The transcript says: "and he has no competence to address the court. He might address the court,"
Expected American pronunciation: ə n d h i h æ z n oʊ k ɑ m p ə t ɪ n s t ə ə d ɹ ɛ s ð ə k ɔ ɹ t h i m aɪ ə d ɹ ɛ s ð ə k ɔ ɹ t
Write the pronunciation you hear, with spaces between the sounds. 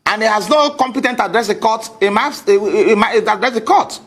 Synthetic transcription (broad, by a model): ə n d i h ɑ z n oʊ k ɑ m p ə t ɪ n t ə d ɹ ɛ s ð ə k ɔ t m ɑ m aɪ ə d ɹ ɛ s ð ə k ɔ t